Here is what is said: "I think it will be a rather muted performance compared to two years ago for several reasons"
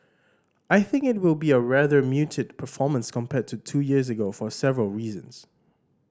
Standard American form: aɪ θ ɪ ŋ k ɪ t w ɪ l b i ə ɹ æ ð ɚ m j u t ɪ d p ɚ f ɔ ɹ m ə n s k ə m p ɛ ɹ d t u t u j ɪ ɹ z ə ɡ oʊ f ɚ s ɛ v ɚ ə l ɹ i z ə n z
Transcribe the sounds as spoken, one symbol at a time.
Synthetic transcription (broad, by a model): aɪ θ ɪ ŋ k ɪ t w ɪ l b i ə ɹ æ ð ɚ m j u t ɪ d p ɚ f ɔ m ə n s k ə m p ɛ t u t u j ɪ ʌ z ə ɡ oʊ f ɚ s ɛ v ɚ ə l ɹ i z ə n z